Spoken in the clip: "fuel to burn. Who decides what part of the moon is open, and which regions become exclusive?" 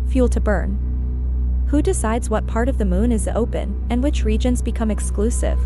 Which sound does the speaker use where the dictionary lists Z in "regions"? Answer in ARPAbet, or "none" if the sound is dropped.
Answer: Z